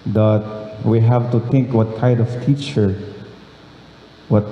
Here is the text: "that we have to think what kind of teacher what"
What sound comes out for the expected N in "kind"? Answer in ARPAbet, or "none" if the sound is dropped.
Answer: none